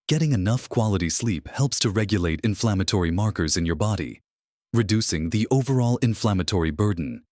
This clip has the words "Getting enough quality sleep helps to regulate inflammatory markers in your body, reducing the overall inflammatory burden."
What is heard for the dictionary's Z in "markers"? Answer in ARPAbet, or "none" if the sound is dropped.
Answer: Z